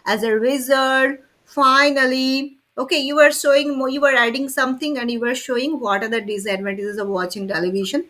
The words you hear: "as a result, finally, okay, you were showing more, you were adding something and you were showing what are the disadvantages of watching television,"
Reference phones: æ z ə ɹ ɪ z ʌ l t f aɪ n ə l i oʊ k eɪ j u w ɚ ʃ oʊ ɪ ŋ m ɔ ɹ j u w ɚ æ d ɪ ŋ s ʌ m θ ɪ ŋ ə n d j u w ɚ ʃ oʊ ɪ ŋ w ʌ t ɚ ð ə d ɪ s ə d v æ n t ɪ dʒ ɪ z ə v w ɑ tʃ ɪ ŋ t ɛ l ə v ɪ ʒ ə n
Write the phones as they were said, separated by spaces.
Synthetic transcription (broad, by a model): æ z ə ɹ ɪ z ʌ t f aɪ n ə l i oʊ k eɪ j u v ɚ ʃ oʊ ɪ ŋ m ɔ j u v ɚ æ d ɪ ŋ s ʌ m t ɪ ŋ ə n d j u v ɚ ʃ oʊ ɪ ŋ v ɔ t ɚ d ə d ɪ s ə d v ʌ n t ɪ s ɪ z ə v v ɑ tʃ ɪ ŋ t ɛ l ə v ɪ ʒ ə n